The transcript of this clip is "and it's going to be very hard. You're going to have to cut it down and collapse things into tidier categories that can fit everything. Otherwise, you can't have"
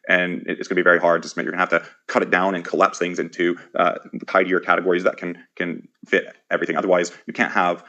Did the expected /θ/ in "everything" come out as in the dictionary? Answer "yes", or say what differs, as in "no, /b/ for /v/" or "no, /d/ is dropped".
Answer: yes